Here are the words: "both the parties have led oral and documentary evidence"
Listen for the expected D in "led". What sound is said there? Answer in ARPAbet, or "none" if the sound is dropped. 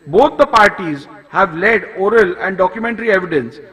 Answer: D